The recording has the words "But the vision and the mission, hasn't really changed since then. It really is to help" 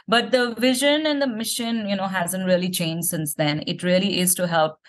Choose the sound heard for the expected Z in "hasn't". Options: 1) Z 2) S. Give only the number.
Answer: 1